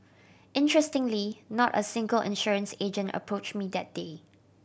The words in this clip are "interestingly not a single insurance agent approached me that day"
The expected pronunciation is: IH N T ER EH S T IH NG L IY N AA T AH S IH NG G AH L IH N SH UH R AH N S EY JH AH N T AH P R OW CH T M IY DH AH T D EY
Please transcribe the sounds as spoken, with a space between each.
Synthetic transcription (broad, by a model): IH N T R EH S T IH NG L IY N AA T AH S IH NG G AH L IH N SH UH R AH N S EY JH AH N T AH P R OW CH M IY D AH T D EY